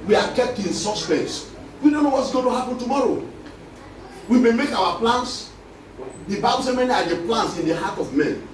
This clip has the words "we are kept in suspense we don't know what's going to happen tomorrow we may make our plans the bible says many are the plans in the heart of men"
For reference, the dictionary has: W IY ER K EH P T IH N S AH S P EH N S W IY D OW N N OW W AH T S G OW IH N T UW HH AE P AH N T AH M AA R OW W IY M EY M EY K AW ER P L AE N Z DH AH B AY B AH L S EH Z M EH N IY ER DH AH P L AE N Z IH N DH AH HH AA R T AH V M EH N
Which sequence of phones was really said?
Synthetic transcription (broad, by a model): W IY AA K EH P T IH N S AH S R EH S W IY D OW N N OW W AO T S G OW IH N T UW HH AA P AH N T AH M AA R OW W IY M EY M EY K AW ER P L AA N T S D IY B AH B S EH M EH N IY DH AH P L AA N S IH N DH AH HH AA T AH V M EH N